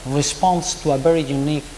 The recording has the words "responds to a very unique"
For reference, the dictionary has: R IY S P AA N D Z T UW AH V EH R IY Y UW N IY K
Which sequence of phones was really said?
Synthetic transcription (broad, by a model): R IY S P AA N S T UW AH B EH R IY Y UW N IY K